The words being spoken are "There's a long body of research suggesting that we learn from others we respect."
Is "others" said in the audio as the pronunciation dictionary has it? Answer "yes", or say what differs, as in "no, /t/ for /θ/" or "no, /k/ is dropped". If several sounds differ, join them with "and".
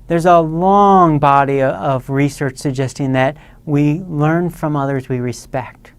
yes